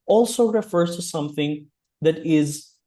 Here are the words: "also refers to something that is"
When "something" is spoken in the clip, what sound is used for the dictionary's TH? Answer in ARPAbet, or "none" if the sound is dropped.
TH